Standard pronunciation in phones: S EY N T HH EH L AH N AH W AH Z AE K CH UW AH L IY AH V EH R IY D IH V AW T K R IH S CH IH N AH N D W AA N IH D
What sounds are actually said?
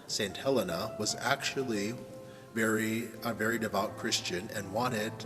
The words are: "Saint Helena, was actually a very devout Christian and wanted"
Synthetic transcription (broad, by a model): S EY N T HH EH L AH N AH W AH Z AE K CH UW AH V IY AH V EH R IY D IH V AW T K R IH S CH IH N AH N W AA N IH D